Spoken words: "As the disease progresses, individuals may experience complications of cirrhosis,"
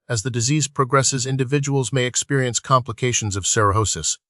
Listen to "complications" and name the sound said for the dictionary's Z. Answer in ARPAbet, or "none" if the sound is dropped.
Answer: Z